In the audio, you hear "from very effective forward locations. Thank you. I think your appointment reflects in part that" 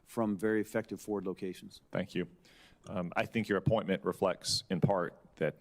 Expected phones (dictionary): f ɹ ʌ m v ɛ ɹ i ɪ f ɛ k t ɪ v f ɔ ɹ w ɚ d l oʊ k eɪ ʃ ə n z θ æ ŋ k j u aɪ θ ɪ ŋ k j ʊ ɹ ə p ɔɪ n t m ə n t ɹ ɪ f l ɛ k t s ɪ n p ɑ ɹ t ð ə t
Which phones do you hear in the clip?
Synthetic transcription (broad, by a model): f ɹ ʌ m v ɛ ɹ i ɪ f ɛ k t ɪ v f ɔ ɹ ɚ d l oʊ k eɪ ʃ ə n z θ æ ŋ k j u aɪ θ ɪ ŋ k j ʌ ɹ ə p ɔɪ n m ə n t ɹ ɪ f l ɛ k t s ɪ n p ɑ ɹ t ð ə t